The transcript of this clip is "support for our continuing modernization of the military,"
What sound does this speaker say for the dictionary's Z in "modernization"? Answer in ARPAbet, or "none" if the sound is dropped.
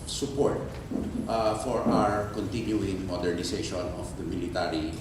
S